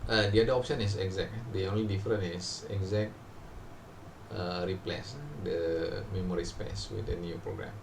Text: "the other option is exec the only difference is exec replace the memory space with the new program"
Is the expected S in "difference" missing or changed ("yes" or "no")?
yes